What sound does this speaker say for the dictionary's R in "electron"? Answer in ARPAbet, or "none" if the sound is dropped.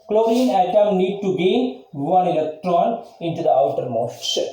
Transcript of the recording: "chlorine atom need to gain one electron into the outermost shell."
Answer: R